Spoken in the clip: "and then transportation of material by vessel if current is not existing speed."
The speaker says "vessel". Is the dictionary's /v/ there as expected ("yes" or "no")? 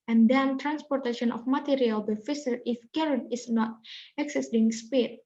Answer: no